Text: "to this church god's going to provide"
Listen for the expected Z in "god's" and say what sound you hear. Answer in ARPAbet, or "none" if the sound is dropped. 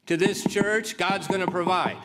Z